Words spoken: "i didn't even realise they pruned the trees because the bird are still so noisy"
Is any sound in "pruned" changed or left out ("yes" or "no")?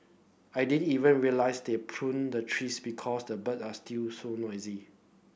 no